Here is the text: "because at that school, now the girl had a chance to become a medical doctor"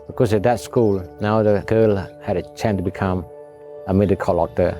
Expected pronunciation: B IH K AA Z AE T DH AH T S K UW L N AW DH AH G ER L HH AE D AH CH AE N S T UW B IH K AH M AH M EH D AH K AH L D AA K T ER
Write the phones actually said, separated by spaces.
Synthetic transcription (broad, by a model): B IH K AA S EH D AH T S K UW L N AW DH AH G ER L HH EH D AH CH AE N T UW B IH K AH M AH M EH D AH K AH L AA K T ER